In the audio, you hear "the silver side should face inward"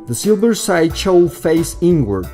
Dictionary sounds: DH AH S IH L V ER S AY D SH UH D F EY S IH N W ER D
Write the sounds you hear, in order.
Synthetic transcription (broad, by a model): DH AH S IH L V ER S AY D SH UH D F EY S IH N W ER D